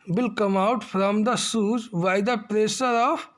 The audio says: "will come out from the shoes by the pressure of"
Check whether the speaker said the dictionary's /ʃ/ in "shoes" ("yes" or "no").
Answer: no